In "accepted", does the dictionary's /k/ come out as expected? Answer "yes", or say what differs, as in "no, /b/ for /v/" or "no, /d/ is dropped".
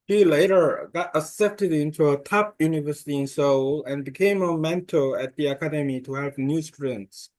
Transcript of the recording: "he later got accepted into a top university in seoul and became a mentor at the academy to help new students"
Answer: no, /k/ is dropped